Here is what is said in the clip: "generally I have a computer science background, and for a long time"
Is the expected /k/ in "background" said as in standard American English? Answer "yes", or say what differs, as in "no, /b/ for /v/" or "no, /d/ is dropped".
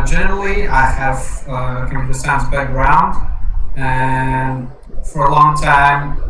no, /k/ is dropped